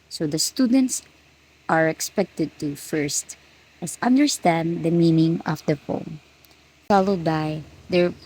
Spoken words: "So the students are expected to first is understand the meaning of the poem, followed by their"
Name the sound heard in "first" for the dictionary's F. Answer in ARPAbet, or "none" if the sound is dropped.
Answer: F